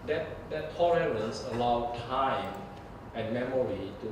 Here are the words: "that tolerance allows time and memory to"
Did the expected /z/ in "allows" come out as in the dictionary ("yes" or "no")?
no